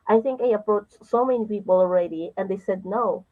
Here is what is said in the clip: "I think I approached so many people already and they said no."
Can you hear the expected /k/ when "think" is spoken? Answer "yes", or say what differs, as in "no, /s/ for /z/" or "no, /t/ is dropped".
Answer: yes